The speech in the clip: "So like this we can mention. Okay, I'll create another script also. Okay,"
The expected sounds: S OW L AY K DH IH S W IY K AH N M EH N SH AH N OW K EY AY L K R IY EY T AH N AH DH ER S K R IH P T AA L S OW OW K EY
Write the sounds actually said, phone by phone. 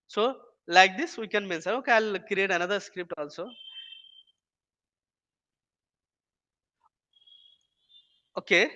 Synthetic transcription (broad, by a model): S OW L AY K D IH S W IY K AH N M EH N S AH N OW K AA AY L K R IY EY T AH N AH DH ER S K R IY P T AA L S OW OW K EY